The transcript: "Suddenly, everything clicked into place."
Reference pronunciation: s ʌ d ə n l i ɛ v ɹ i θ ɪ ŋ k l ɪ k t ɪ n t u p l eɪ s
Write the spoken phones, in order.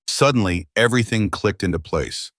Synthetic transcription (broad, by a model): s ʌ d n l i ɛ v ɹ i θ ɪ ŋ k l ɪ k t ɪ n t u p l eɪ s